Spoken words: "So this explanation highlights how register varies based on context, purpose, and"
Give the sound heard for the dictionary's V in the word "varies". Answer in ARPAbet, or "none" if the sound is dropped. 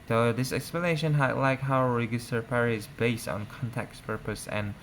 P